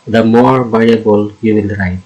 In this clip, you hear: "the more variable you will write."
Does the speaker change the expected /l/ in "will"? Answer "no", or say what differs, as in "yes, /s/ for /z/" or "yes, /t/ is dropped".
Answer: yes, /n/ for /l/